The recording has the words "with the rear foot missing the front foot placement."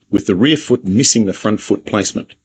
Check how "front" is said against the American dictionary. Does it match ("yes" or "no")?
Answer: yes